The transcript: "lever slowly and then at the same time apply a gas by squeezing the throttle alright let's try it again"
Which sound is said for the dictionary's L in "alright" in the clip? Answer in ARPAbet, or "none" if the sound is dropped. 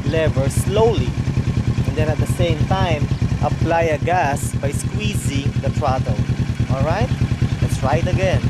L